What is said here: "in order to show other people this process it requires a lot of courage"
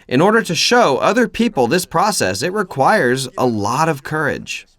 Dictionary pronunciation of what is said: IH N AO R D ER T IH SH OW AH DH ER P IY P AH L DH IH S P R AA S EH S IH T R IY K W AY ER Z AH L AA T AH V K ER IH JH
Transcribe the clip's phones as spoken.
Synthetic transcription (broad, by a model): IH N AO R D ER T IH SH OW AH DH ER P IY P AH L DH IH S P R AA S EH S IH T R IY K W AY ER Z AH L AA T AH V K ER IH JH